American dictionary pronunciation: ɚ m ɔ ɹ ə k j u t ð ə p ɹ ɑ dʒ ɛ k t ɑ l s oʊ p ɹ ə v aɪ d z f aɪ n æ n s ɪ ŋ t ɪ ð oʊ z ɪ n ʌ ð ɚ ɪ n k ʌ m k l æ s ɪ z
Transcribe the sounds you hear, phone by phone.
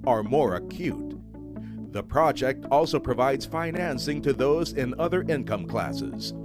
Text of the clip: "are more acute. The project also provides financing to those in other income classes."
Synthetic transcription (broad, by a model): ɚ m ɔ ɹ ə k j u t ð ə p ɹ ɑ dʒ ɛ k t ɑ l s oʊ p ɹ ə v aɪ d z f aɪ n æ n s ɪ ŋ t ɪ ð oʊ z ɪ n ʌ ð ɚ ɪ n k ʌ m k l æ s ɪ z